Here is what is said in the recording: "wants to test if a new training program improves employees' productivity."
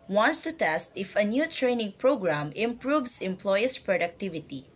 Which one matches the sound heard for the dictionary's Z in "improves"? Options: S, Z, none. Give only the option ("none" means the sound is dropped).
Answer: S